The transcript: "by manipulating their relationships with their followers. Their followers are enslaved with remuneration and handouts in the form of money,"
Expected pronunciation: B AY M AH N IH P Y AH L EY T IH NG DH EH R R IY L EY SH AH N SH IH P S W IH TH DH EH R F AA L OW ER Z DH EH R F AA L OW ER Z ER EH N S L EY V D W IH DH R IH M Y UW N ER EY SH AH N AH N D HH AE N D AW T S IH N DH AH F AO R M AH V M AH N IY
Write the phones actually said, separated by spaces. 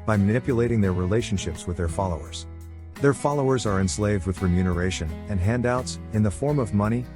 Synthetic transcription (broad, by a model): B AY M AH N IH P Y AH L EY T IH NG DH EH R R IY L EY SH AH N SH IH P S W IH DH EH R F AA L OW ER Z DH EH R F AA L OW ER Z ER EH N S L EY V D W IH DH R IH M Y UW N ER EY SH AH N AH N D HH AE N D AW T S IH N DH AH F AO R M AH V M AH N IY